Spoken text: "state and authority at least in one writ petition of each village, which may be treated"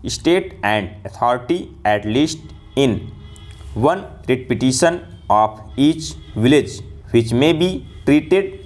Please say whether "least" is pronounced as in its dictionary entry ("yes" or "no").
yes